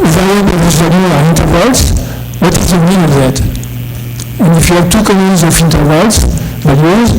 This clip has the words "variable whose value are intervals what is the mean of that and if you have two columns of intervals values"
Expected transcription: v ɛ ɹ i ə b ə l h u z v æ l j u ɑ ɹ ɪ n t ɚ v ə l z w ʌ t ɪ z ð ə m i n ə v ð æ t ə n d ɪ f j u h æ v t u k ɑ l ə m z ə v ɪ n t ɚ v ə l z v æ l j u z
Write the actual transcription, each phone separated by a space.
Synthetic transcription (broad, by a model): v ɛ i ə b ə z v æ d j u ɑ ɹ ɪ n t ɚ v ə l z w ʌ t ɪ z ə m i n ə v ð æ t ə n d ɪ f j u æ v t u k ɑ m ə z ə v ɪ n t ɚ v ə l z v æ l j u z